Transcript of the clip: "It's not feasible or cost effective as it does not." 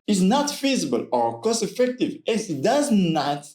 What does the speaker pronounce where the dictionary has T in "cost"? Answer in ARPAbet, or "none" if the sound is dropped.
none